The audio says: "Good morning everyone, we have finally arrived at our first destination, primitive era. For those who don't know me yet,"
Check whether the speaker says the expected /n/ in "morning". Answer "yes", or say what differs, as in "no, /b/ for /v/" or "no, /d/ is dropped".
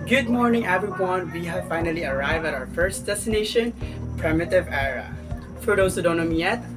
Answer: yes